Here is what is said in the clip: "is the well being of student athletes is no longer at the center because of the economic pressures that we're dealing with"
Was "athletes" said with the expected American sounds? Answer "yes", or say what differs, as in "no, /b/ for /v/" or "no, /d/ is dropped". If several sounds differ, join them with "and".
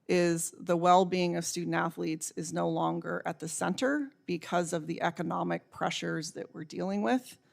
yes